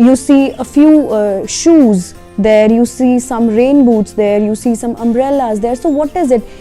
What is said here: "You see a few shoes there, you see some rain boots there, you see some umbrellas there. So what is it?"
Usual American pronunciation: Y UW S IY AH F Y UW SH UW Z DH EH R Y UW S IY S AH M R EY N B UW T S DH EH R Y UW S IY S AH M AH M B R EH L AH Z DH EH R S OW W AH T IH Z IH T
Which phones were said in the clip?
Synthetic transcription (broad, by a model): Y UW S IY AH F Y UW SH UW Z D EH R Y UW S IY S AH M R EY N B UW T S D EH R Y UW S IY S AH M AH M B R EH L AH Z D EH R S OW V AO T IH Z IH T